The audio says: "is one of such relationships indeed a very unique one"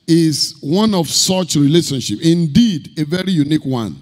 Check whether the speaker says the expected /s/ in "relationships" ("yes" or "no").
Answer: no